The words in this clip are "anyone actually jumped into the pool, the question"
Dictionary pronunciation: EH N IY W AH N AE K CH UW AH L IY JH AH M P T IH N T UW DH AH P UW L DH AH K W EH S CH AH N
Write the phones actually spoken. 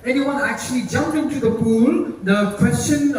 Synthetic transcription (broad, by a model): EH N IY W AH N AE K CH UW AH L IY JH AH M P IH N T UW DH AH P UW L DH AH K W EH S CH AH N